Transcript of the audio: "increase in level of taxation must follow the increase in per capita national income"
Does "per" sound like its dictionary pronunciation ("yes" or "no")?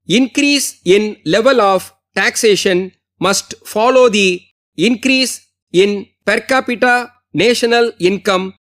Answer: yes